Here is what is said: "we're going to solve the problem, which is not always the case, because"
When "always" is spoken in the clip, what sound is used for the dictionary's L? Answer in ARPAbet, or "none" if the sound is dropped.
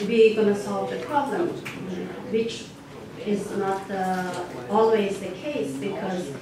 L